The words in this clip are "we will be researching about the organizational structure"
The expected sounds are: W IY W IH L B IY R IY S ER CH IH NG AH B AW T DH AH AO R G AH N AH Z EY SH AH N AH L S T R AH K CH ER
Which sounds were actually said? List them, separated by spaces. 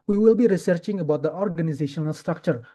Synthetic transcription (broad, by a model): W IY W IH L B IY R IY S ER CH IH NG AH B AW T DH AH AO R G AH N AH Z EY SH AH N AH L S T R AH K CH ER